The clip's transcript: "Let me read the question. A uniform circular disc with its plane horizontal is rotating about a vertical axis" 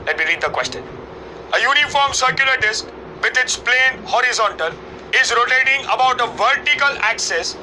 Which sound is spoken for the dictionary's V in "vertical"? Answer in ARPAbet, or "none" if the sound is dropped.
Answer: V